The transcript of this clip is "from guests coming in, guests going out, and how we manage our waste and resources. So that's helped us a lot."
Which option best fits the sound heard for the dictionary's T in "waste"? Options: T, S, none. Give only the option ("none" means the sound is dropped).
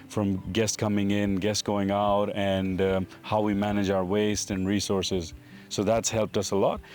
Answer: T